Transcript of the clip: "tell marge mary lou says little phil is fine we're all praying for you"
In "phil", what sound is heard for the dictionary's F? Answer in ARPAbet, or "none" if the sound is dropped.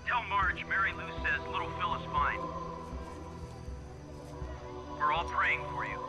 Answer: F